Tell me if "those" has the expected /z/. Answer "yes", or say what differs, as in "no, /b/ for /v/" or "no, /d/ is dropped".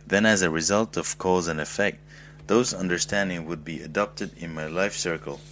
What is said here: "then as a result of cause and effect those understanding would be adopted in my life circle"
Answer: yes